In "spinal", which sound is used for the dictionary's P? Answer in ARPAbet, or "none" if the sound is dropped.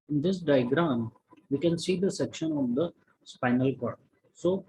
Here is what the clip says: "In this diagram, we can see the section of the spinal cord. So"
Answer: P